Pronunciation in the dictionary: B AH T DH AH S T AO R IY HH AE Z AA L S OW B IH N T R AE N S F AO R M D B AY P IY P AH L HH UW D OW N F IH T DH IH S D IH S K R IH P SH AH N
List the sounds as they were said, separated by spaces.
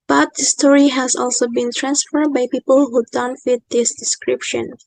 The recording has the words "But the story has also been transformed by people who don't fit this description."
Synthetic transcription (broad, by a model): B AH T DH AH S T AO R IY HH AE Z AA L S OW B IH N T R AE N S F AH R D B AY P IY P AH L HH UW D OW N F IH T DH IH S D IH S K R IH P SH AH N